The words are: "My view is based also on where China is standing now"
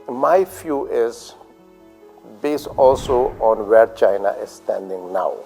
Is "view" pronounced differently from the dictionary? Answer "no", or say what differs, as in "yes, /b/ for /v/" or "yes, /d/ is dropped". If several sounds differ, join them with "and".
yes, /f/ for /v/